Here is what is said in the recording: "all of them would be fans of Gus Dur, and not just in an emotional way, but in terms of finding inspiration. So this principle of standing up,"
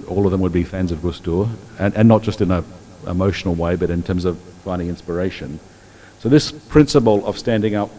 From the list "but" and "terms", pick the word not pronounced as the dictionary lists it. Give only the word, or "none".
none